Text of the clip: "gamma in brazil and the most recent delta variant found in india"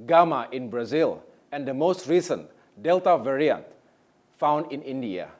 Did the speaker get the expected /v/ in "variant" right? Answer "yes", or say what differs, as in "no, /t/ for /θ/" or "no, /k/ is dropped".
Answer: yes